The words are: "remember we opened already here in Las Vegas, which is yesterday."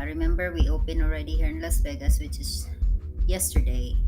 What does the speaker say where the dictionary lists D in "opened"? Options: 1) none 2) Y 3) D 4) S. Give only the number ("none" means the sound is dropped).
1